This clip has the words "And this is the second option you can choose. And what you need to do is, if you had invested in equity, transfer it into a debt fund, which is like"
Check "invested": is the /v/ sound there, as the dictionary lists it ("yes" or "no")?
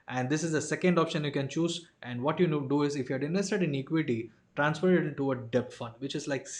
no